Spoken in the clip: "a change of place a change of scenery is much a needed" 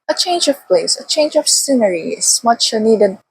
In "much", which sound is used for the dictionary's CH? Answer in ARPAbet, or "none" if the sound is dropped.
CH